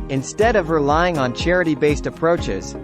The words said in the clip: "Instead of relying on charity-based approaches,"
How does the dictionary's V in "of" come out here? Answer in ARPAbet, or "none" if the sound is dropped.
V